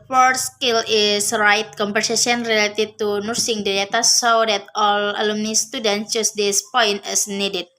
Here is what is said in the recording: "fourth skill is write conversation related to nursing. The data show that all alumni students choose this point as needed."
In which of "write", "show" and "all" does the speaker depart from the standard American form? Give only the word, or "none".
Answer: show